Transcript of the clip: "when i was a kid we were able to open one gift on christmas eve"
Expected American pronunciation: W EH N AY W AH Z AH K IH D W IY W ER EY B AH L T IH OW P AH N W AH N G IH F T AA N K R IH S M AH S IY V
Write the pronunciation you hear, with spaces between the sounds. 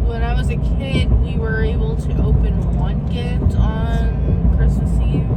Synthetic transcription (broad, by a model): W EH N AY W AH Z AH K IH D W IY W ER EY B L T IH OW P AH N W AH N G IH T N K R IH S M AH S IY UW